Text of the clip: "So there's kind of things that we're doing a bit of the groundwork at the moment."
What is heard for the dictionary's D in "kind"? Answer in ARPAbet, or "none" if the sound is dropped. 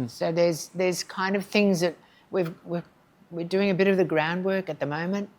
D